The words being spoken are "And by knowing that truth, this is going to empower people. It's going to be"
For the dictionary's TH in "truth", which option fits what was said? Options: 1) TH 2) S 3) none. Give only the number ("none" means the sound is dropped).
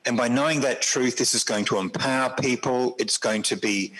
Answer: 1